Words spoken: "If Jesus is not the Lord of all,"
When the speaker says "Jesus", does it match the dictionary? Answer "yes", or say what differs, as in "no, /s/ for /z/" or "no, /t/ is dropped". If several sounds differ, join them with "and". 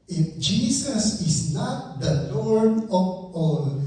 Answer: no, /s/ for /z/